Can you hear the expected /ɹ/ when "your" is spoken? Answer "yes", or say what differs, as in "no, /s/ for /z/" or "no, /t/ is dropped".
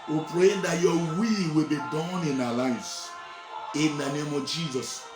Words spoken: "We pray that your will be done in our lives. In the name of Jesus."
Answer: no, /w/ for /ɹ/